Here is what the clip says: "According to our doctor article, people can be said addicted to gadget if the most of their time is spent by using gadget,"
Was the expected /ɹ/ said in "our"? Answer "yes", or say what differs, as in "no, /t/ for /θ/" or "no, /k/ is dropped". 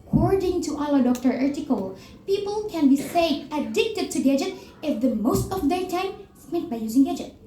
no, /l/ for /ɹ/